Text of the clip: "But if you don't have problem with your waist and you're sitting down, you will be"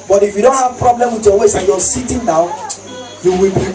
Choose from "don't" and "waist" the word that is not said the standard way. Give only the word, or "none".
waist